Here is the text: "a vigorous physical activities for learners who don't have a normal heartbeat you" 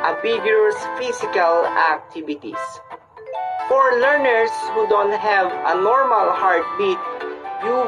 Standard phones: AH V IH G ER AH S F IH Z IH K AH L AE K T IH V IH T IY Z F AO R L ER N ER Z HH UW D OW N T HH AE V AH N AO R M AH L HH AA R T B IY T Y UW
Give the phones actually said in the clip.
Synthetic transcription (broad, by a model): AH B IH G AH S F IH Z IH K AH L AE K T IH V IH T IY S F AO R L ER N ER S HH UW D OW N T HH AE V AH N AO R M AH L HH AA R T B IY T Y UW